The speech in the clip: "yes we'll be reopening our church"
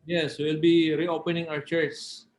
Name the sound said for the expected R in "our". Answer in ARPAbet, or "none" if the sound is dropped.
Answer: W